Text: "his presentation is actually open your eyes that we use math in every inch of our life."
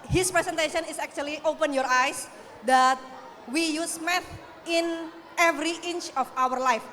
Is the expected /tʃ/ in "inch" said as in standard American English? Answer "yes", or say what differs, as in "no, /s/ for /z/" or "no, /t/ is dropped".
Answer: yes